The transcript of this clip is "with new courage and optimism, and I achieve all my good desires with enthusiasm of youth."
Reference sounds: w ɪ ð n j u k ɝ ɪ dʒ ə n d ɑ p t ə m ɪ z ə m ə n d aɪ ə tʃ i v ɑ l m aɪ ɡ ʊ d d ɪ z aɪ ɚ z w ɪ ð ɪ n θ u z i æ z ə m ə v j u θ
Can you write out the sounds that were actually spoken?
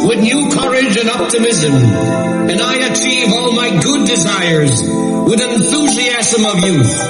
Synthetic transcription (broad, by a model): w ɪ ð n j u k ɝ ɪ dʒ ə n ɑ p t ə m ɪ z ə m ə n aɪ ə tʃ i v ɑ l m aɪ ɡ ʊ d d ɪ z aɪ ɚ z w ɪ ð ɪ n θ u z i æ z ə m ə v j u